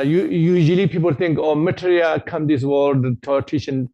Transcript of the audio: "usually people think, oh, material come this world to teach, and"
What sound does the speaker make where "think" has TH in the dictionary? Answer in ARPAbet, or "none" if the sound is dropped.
T